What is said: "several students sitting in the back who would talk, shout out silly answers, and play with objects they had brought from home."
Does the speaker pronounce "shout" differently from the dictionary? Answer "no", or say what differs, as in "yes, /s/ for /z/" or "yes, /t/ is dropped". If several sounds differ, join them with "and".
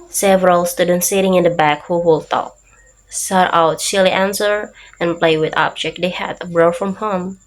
yes, /s/ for /ʃ/